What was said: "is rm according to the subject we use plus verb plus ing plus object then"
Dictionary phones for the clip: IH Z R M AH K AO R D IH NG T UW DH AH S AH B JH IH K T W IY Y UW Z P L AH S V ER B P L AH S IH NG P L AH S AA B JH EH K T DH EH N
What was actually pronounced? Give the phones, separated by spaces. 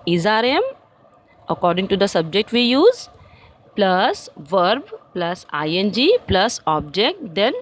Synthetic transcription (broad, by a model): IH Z R M AH K AO R D IH NG T UW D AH S AH B JH IH K T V IY Y UW Z P L AH S V ER B P L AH S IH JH P L AH S AA B JH EH K T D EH N